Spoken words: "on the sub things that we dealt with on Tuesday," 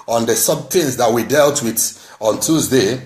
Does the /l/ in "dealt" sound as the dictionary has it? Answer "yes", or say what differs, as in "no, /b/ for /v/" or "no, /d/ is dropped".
yes